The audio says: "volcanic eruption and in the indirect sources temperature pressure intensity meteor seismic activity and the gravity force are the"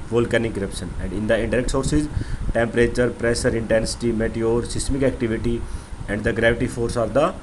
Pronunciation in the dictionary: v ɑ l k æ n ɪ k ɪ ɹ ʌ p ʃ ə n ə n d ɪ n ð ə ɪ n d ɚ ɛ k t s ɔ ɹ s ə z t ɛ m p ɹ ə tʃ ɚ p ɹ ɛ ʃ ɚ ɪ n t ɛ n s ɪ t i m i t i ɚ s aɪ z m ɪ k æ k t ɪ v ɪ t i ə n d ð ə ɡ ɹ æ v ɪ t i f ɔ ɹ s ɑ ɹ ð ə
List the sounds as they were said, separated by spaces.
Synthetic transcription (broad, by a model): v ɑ l k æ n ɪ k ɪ ɹ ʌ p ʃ ə n ə n d ɪ n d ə ɪ n d ɚ ɛ k t s ɔ ɹ s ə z t ɛ m p ɹ ə tʃ ɚ p ɹ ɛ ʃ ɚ ɪ n t ɛ n s ɪ t i m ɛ t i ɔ s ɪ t m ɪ k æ k t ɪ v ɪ t i ə n d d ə ɡ ɹ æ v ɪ t i f ɔ ɹ s ɑ ɹ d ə